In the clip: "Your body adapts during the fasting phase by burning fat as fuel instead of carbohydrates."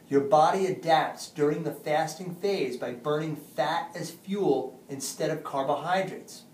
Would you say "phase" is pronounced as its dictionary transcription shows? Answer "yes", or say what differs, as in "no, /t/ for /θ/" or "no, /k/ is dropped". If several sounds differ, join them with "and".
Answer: yes